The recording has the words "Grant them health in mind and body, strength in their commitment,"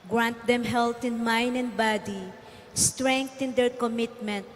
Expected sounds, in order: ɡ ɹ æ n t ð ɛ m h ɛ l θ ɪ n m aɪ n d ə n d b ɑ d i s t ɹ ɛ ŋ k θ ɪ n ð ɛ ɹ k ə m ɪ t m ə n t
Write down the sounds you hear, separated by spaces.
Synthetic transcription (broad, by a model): ɡ ɹ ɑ n t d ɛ m h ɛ l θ ɪ n m aɪ n d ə n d b ɑ d i s t ɹ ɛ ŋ k t ɪ n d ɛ ɹ k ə m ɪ t m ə n t